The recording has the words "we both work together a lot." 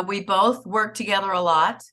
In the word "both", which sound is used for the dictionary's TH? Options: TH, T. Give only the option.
TH